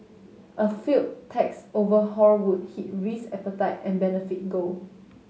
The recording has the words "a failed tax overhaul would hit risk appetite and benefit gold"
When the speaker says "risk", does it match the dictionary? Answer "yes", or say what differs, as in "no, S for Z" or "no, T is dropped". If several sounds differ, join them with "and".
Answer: no, K is dropped